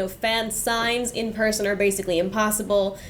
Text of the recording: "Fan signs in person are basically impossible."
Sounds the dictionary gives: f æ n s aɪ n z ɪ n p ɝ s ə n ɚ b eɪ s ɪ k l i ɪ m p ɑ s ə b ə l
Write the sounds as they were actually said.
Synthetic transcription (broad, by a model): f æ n s aɪ n z ɪ n p ɝ s ə n ɚ b eɪ s ɪ k l i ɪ m p ɑ s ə b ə l